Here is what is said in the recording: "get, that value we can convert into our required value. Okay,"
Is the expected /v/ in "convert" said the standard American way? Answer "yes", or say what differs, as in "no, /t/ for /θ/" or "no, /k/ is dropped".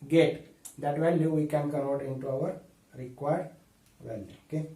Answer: no, /v/ is dropped